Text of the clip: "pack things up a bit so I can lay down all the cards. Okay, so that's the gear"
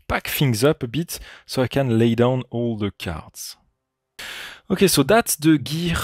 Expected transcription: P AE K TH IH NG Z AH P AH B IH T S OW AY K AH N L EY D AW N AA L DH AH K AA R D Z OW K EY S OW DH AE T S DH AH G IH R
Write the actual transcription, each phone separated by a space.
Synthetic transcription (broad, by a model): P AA K F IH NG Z AH P AH B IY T S OW AY K AH N L EY D AW N AA L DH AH K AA R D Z OW K EY S OW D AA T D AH G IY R